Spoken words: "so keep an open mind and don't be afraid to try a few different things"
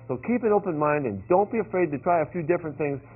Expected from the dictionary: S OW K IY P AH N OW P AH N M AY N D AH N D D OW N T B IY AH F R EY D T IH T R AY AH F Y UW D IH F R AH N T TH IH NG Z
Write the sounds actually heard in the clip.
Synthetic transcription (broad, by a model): S OW K IY P AH N OW P AH N M AY N D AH N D D OW N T B IY AH F R EY D T IH T R AY AH F Y UW D IH F R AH N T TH IH NG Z